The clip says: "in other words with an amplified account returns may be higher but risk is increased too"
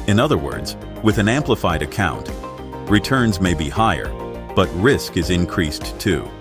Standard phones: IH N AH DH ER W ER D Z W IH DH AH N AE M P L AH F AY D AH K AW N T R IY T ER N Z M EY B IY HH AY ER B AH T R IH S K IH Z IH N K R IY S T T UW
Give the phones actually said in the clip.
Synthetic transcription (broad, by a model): IH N AH DH ER W ER D Z W IH DH AH N AE M P L AH F AY D AH K AW N T R IY T ER N Z M EY B IY HH AY ER B AH T R IH S K IH Z IH N K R IY S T T UW